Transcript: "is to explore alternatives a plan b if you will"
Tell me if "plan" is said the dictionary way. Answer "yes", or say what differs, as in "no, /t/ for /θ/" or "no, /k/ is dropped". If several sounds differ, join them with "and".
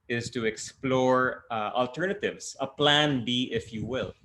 yes